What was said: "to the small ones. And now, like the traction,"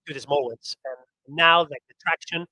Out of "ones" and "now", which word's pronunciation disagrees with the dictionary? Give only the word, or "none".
ones